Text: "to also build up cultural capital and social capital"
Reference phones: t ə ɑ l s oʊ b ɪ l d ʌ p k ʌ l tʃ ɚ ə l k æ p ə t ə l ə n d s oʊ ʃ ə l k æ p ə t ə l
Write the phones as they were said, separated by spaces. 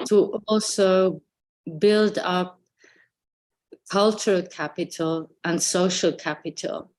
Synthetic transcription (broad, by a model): t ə ɑ l s oʊ b ɪ l d ʌ p k ʌ l tʃ ɚ ə l k æ p ə t ə l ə n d s oʊ ʃ ə l k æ p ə t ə l